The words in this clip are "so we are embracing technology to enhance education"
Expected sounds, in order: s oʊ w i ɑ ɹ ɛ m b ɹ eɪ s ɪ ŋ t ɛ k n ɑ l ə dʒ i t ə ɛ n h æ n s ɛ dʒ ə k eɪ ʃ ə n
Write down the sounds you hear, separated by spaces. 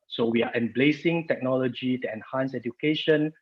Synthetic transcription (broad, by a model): s oʊ w i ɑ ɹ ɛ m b l eɪ s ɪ ŋ t ɛ k n ɑ l ə dʒ i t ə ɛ n h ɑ n s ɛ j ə k eɪ ʃ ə n